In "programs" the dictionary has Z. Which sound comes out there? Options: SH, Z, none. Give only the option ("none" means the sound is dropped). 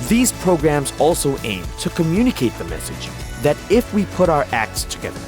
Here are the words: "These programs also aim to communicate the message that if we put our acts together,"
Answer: Z